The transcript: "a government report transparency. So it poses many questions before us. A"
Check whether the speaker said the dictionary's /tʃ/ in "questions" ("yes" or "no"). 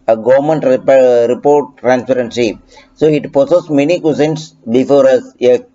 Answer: no